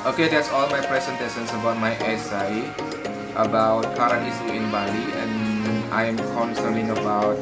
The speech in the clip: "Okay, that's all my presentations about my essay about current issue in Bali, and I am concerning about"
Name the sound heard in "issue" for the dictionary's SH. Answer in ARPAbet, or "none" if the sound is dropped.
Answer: S